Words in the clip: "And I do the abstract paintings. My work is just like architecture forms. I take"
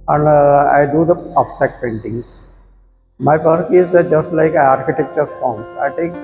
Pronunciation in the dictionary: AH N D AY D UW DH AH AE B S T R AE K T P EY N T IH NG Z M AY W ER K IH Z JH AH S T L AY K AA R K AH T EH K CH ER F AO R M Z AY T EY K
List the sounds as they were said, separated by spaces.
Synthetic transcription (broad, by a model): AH N D AY D UW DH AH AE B S T AE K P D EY N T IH NG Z M AY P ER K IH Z JH AH S T L AY K AA R K AH T EH K CH ER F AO R M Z AY T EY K